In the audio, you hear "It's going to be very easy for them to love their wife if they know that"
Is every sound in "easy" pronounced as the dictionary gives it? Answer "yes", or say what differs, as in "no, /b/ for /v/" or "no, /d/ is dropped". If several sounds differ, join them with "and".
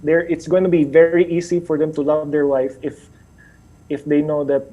no, /s/ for /z/